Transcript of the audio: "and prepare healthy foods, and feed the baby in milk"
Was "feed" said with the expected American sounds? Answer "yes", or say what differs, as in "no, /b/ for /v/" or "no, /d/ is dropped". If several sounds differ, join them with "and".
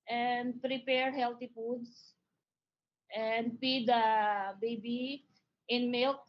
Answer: no, /p/ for /f/